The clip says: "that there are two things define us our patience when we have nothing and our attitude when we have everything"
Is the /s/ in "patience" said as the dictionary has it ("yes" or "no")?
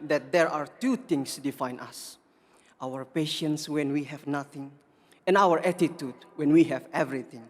yes